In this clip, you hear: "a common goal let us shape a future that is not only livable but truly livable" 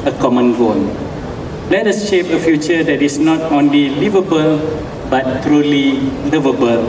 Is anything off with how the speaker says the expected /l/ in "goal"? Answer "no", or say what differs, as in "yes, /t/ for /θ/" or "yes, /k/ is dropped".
yes, /n/ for /l/